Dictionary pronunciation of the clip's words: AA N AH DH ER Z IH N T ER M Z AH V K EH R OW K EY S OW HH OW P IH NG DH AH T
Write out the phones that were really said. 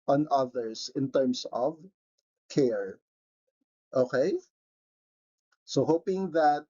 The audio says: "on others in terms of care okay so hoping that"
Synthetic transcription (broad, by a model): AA N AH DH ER S IH N T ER M S AH V K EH R OW K EY S OW HH OW P IH NG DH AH T